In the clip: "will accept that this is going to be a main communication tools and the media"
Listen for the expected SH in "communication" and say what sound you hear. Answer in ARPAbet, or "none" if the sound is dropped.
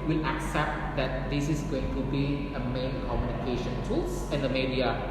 SH